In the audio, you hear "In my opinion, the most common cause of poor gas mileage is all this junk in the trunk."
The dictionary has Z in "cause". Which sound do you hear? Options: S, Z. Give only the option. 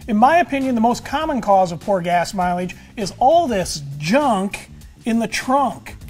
Z